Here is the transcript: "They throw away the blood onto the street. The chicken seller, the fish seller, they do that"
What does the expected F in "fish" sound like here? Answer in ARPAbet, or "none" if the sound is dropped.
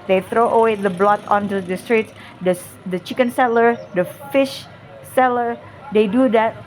F